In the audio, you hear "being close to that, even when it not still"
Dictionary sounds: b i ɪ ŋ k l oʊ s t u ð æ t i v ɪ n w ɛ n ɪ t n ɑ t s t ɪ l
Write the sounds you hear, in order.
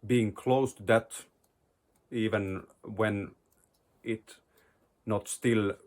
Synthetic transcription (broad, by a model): b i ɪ ŋ k l oʊ s t u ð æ t i v ɪ n w ɛ n ɪ t n ɑ t s t ɪ l